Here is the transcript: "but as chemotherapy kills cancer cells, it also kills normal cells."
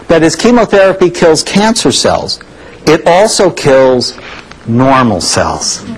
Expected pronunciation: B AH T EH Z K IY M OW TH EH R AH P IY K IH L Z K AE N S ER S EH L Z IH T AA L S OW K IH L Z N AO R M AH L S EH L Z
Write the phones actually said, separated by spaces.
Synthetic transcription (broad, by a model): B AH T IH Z K IY M OW TH EH R AH P IY K IH L Z K AE N S ER S EH L Z IH T AA L S OW K IH L Z N AO R M L S EH L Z